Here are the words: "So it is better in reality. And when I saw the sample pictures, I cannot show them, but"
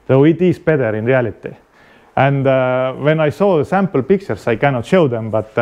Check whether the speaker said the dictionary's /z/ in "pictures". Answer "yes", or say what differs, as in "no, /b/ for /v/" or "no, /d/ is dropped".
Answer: no, /s/ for /z/